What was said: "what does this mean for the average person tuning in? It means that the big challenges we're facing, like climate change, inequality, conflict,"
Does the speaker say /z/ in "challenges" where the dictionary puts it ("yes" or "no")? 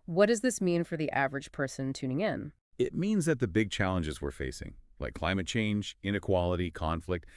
yes